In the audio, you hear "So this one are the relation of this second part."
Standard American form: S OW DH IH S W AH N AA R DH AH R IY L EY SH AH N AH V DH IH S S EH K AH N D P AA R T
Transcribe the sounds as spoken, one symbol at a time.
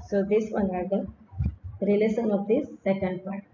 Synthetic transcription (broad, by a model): S OW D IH S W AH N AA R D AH R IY L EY S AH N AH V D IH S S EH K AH N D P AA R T